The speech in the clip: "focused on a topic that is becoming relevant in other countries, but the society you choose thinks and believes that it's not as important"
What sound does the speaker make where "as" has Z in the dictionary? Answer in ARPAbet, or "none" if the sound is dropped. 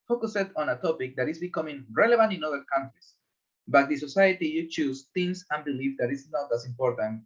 S